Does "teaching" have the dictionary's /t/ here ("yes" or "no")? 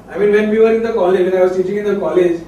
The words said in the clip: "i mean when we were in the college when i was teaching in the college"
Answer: no